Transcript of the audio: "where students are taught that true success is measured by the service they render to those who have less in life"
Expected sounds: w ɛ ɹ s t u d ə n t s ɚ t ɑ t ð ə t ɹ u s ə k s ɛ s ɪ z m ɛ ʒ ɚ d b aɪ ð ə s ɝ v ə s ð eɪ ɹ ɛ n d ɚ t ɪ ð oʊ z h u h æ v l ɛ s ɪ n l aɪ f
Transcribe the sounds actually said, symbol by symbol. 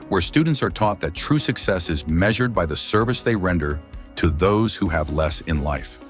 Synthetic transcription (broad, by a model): w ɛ ɹ s t u d n t s ɚ t ɑ t ð ə t ɹ u s ə k s ɛ s ɪ z m ɛ ʒ ɚ d b aɪ ð ə s ɝ v ə s ð eɪ ɹ ɛ n d ɚ t ɪ ð oʊ z h u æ v l ɛ s ɪ n l aɪ f